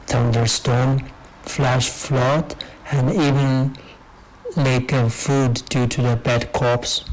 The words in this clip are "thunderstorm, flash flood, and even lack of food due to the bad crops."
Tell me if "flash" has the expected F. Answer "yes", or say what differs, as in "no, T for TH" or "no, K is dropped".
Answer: yes